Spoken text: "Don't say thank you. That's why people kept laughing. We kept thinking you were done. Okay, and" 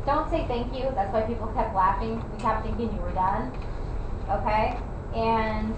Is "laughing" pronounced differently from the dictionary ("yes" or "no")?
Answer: no